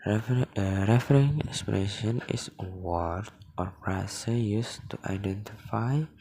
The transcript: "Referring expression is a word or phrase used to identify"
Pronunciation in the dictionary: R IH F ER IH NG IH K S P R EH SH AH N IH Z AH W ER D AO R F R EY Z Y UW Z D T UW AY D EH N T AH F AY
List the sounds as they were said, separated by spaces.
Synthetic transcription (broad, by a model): R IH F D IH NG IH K S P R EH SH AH N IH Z AH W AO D AO R P R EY S Y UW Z T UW AY D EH N T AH F AY